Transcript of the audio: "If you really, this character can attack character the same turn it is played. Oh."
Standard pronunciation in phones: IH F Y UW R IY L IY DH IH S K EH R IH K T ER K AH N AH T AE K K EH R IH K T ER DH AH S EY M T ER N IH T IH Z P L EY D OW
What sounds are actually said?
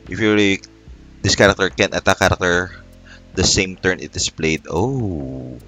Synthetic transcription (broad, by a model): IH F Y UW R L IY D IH S K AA R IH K T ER K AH N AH T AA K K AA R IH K T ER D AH S EY M T ER N IH T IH S P L EY D OW